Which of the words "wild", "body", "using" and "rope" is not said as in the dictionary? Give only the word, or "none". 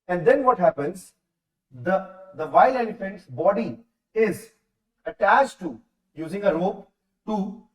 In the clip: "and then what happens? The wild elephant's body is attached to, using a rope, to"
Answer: wild